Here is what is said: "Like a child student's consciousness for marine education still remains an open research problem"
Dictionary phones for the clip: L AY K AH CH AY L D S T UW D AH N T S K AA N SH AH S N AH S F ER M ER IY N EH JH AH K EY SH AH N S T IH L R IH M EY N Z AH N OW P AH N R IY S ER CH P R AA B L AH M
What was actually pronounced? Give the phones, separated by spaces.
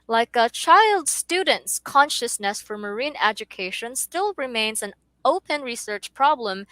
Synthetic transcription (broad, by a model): L AY K AH CH AY L D S T UW D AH N T S K AA N SH AH S N AH S F ER M ER IY N EH JH AH K EY SH AH N S T IH L R IH M EY N Z AH N OW P AH N R IY S ER CH P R AA B L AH M